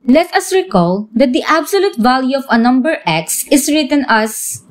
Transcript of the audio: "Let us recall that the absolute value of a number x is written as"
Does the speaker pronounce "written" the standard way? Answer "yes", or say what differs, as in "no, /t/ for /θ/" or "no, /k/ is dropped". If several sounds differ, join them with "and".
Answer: yes